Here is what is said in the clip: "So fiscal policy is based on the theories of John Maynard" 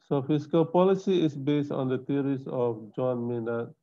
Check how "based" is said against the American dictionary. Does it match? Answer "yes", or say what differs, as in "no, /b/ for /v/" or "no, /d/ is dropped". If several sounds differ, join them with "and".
yes